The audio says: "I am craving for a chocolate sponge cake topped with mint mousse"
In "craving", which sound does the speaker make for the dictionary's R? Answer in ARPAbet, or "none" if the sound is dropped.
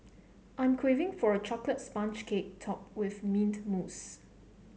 W